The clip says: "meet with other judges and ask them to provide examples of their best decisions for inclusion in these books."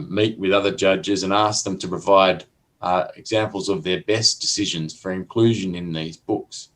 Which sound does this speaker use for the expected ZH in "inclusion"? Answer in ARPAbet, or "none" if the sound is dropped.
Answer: ZH